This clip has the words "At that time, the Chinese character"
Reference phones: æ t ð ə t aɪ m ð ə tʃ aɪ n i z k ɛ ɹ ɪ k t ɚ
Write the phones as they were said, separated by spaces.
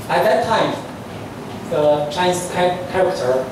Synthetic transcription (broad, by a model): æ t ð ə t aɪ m ð ə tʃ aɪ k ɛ k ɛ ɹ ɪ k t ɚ